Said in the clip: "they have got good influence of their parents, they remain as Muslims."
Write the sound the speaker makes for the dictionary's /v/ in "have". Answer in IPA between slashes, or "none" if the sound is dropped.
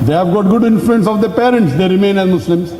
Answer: /v/